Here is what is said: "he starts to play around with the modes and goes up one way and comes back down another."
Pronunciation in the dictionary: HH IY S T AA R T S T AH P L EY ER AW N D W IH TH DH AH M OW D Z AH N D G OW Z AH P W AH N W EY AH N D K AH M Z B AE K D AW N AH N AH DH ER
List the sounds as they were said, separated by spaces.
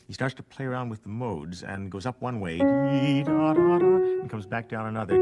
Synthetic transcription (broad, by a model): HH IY S T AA R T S T AH P L EY ER AW N D W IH DH AH M OW D Z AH N G OW Z AH P W AH N W EY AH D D K AH M Z B AE K D AW N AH N AH DH ER